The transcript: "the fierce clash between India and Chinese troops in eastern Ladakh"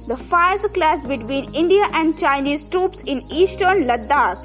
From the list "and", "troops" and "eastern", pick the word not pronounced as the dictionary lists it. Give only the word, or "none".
none